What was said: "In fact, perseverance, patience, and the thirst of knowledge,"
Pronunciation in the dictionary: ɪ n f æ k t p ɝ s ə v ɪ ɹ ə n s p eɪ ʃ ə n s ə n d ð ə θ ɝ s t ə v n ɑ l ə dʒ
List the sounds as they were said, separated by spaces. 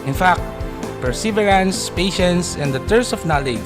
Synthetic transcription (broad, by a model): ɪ n f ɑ k t p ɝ s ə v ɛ ɹ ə n s p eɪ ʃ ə n s ə n d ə t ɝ s ə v n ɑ l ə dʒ